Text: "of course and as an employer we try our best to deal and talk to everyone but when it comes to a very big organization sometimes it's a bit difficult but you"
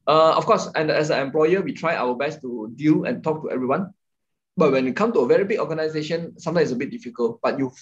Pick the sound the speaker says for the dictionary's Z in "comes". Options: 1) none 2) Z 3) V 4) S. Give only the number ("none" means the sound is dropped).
1